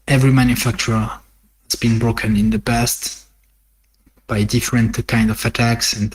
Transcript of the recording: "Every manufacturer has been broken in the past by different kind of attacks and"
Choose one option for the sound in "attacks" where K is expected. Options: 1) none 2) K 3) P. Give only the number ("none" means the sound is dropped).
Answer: 2